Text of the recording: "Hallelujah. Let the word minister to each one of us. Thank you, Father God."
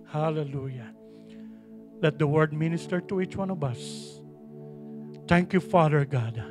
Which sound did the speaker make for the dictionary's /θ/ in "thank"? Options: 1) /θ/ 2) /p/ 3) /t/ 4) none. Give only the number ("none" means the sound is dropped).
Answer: 3